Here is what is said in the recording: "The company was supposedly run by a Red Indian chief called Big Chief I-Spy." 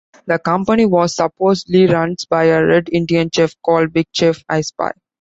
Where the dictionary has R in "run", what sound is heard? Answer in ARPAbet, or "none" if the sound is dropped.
R